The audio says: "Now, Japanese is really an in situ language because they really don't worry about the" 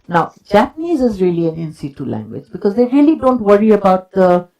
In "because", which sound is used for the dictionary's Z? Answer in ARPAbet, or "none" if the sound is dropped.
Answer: Z